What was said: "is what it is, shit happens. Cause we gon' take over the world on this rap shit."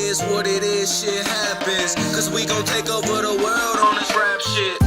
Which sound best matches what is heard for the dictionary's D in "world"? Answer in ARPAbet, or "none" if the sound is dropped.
D